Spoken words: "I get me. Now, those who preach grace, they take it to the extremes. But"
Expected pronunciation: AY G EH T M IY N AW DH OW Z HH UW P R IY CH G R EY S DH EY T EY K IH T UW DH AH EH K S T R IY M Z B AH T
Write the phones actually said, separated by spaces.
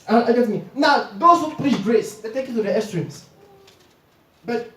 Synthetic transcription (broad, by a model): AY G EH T M IY N AW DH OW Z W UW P L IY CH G R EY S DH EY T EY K IH T UW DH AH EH S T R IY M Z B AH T